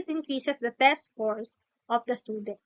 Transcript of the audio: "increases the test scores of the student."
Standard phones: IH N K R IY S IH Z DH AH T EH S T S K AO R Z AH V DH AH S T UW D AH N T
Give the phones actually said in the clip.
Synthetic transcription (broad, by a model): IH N K R IY S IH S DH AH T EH S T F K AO R S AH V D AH S T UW D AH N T